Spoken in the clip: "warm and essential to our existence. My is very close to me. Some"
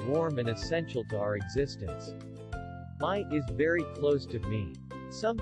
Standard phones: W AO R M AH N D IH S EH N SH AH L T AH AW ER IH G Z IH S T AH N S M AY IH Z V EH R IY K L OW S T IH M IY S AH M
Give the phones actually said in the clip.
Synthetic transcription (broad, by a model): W AO R M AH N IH S EH N SH L T AH AW ER IH G Z IH S T AH N S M AY IH Z V EH R IY K L OW S T IH M IY S AH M